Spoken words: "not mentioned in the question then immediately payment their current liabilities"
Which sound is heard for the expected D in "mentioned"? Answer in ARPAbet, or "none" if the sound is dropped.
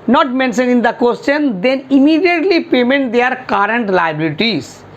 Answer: none